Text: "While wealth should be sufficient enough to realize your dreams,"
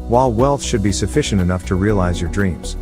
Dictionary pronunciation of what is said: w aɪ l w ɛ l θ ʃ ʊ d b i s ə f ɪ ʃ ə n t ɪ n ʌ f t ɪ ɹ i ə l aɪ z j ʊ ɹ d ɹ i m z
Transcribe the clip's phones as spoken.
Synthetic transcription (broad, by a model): w aɪ l w ɛ l θ ʃ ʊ d b i s ə f ɪ ʃ ə n t ɪ n ʌ f t ɪ ɹ i ə l aɪ z j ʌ ɹ d ɹ i m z